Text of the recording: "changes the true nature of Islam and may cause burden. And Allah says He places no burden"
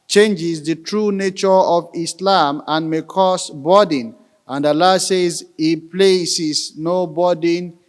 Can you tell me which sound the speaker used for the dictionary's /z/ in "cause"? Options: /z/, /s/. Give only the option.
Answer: /s/